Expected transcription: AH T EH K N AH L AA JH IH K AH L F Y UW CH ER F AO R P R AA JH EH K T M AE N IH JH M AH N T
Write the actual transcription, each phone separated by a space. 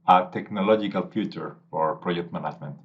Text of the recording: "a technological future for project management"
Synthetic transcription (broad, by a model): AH T EH K N AH L AA JH IH K AH L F Y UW CH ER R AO R P R AA JH EH K T M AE N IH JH M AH N T